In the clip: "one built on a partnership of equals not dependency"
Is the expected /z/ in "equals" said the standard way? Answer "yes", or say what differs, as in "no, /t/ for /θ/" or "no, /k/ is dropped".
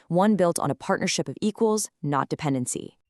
yes